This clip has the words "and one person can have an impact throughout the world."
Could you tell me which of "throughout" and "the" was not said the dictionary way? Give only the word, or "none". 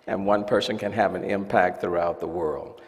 none